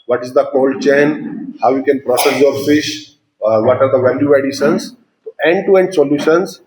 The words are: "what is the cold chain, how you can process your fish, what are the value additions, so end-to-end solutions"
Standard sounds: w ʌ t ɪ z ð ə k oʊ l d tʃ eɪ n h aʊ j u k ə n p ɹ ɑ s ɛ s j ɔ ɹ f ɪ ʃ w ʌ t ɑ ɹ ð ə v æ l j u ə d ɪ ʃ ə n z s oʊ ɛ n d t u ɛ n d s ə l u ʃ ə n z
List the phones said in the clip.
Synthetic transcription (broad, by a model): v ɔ t ɪ z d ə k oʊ l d tʃ eɪ n h aʊ j u k ə n p ɹ ɑ s ɛ s j ɔ ɹ f ɪ ʃ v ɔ t ɑ ɹ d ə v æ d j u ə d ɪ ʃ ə n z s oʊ ɛ n d t u ɛ n d s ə l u ʃ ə n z